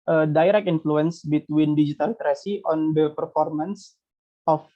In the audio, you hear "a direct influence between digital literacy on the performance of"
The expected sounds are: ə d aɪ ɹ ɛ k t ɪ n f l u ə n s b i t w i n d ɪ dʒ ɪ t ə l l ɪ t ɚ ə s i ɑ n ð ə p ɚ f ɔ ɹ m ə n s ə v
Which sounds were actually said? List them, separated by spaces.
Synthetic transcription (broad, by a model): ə d aɪ ɹ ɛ k ɪ n f l u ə n s b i t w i n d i dʒ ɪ t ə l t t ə s i ɑ n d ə p ɚ f ɔ ɹ m ə n s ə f